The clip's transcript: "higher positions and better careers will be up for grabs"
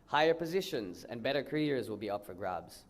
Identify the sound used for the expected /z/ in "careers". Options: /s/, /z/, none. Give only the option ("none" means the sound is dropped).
/z/